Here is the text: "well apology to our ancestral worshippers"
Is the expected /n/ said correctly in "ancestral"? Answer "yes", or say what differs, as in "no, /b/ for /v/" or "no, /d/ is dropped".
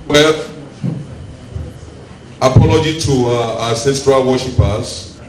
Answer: no, /n/ is dropped